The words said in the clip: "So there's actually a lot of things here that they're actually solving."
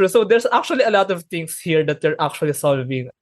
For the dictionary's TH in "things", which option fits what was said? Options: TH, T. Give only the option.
T